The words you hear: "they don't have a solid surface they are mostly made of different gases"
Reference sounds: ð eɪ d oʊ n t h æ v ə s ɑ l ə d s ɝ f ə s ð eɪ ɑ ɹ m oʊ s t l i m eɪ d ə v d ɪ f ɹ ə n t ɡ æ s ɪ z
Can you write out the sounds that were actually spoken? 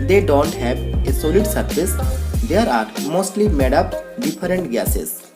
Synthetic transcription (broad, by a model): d eɪ d oʊ n t h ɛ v ə s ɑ l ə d s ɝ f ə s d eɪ ɑ ɹ m oʊ s t l i m eɪ d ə p d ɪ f ɹ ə n t ɡ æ s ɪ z